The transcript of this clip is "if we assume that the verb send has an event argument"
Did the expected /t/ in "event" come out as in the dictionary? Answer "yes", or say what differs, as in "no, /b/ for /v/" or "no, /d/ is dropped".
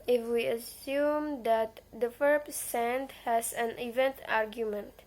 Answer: yes